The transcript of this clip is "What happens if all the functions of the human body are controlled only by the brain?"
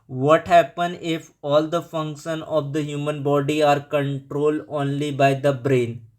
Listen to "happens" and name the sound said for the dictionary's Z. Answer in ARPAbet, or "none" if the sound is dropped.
none